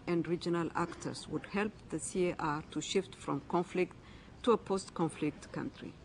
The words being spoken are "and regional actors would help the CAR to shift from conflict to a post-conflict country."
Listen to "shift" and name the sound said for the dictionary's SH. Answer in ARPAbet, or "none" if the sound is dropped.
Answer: SH